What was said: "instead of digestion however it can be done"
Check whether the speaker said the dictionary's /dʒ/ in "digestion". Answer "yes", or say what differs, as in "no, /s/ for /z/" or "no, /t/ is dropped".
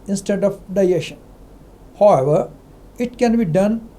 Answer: no, /dʒ/ is dropped